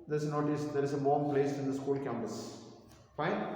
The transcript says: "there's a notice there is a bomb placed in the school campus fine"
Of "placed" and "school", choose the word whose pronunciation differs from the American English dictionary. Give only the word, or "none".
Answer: placed